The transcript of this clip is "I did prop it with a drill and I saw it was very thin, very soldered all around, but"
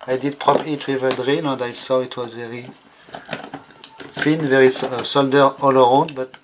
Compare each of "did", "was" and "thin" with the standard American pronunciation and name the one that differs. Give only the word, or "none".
thin